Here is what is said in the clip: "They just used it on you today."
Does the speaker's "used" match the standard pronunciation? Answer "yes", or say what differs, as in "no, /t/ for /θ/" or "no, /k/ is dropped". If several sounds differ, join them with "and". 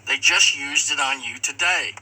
yes